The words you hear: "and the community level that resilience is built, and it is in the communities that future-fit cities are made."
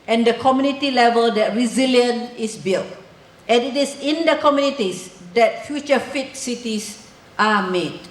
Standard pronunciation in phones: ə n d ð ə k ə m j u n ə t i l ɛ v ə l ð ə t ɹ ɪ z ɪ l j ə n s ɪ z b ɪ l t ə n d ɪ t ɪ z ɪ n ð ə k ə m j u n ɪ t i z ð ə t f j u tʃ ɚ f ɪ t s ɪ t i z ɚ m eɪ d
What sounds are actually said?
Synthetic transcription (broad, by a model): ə n d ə k ə m j u n ə t i l ɛ v ə l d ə t ɹ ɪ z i l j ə n ɪ s b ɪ l t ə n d ɪ t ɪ s ɪ n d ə k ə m j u n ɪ t i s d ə t f j u tʃ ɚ f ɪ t s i t i s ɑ m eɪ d